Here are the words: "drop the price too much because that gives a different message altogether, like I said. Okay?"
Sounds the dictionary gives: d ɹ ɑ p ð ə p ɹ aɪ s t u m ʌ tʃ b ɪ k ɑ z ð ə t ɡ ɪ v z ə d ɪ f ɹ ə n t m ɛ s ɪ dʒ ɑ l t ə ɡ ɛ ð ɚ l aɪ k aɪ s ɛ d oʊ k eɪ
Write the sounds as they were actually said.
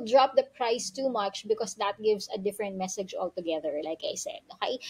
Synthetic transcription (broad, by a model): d ɹ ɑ p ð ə p ɹ aɪ s t u m ʌ tʃ b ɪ k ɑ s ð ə t ɡ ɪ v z ə d ɪ f ɹ ə n t m ɛ s ɪ dʒ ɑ l t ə ɡ ɛ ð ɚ l aɪ k aɪ s ɛ d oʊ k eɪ